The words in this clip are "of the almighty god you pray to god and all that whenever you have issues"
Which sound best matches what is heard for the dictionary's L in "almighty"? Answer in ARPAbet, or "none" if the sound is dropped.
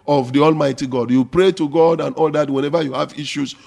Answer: L